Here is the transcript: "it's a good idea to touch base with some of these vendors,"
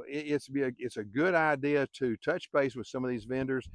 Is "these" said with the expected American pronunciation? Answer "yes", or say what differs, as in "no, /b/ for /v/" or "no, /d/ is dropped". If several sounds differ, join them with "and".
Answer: yes